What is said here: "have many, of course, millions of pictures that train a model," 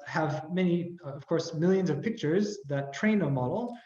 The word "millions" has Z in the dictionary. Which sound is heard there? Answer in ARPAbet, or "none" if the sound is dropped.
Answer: Z